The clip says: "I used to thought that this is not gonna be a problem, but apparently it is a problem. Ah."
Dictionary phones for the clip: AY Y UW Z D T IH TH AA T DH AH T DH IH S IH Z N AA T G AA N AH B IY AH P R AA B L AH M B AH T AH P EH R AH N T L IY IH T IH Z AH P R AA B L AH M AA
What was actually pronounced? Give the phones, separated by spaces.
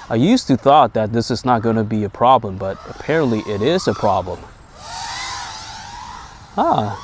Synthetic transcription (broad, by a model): AY Y UW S T IH TH AA T DH AH T DH IH S IH Z N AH T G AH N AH B IY AH P R AA B L AH M B AH T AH P EH R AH N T L IY IH T IH Z AH P R AA B L AH M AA